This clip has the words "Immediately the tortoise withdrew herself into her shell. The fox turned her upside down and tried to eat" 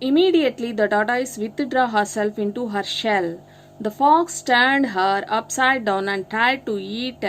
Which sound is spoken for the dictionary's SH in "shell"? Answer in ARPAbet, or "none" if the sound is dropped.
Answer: SH